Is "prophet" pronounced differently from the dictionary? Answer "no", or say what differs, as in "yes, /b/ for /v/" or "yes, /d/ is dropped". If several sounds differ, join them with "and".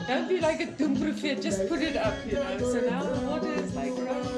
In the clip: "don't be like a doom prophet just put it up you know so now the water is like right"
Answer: yes, /b/ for /p/